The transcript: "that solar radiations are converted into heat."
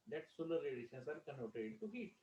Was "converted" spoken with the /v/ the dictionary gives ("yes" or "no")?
no